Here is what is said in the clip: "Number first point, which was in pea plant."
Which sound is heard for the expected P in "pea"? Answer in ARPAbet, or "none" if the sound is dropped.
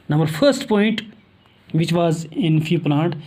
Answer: F